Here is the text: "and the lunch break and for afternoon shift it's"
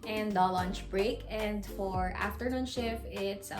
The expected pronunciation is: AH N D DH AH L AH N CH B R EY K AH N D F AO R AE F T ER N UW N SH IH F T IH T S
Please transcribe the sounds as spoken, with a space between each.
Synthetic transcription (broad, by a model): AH N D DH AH L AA N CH B R EY K AH N D F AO R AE F T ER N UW N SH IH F IH T S